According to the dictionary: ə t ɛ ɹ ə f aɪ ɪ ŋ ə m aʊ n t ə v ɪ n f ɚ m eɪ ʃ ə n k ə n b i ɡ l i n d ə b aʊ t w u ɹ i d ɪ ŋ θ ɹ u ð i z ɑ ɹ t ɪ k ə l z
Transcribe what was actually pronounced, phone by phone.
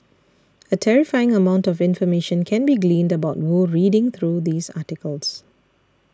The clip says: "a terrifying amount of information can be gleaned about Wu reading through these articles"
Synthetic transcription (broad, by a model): ə t ɛ ɹ ə f aɪ ɪ ŋ ə m aʊ n t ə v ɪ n f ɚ m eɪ ʃ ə n k ə n b i ɡ l i n d ə b aʊ t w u ɹ i d ɪ ŋ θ ɹ u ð i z ɑ t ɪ k ə l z